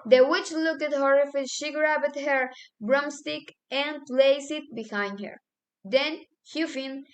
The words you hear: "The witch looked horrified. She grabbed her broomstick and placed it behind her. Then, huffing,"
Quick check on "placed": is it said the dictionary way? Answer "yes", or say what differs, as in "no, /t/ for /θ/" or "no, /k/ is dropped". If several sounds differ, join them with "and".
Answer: no, /t/ is dropped